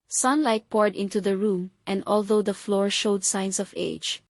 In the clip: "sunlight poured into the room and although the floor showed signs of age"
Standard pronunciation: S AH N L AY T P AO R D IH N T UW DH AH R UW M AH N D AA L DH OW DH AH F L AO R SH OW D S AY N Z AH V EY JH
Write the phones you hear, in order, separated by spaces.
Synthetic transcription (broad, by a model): S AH N L AY T P AO R D IH N T UW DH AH R UW M AH N D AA L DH OW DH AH F L AO R SH OW D S AY N S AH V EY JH